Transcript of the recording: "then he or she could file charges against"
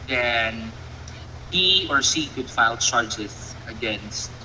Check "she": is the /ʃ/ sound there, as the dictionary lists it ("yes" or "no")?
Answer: no